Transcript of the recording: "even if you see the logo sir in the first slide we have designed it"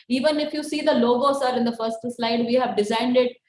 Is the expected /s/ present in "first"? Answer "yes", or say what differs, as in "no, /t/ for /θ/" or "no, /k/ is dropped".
yes